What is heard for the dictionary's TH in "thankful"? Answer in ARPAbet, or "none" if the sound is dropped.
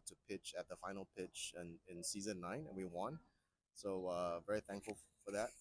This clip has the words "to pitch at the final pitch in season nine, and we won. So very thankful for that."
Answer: TH